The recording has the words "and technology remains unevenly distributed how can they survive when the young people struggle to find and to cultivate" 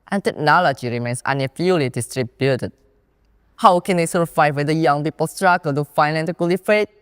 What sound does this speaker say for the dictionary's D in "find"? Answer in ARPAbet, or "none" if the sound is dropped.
none